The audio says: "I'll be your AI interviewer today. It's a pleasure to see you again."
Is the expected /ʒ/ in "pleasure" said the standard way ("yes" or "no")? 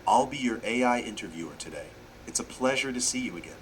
yes